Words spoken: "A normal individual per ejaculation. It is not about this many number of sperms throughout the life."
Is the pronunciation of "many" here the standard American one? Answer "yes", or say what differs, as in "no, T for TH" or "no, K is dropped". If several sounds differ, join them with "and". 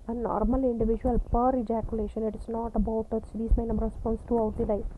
no, N is dropped